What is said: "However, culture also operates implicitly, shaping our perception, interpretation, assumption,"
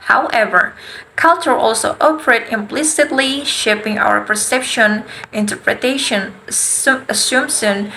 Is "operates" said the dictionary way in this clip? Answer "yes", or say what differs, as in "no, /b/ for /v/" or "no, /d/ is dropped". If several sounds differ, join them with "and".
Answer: no, /s/ is dropped